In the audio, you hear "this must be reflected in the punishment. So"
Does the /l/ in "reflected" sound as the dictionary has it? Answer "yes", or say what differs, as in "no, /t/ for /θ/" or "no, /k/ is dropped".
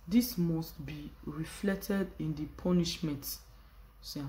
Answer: yes